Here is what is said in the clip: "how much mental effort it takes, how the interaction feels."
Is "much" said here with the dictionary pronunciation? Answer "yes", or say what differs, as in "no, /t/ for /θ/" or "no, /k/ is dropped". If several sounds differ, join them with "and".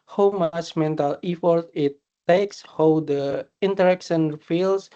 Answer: no, /s/ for /tʃ/